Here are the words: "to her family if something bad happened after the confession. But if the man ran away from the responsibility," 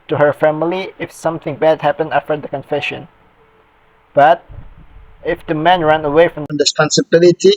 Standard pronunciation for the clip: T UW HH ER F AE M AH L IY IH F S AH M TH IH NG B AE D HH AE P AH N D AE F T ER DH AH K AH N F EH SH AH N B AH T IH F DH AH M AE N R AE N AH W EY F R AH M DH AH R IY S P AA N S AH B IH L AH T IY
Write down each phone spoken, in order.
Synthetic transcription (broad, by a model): T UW HH ER F AE M AH L IY IH F S AH M TH IH NG B AE D HH AE P AH N D AE F T ER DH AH K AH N F EH SH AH N B AH T IH F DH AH M AE N R AE N AH W EY F R AH M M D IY S P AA N S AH B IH L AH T IY